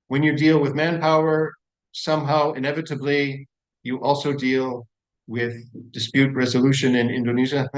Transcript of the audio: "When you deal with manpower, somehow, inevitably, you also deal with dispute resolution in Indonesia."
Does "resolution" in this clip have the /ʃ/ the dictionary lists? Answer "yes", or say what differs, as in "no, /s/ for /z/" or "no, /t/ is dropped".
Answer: yes